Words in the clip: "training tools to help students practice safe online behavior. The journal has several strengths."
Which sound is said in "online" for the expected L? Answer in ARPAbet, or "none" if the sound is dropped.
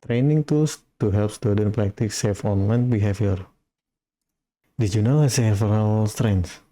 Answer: L